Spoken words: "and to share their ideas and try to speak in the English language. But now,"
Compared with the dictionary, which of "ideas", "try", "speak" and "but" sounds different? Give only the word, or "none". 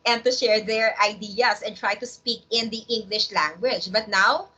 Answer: ideas